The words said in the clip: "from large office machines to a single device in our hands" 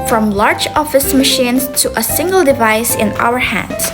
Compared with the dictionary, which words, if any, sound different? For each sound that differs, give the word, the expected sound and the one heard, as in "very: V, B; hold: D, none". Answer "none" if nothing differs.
none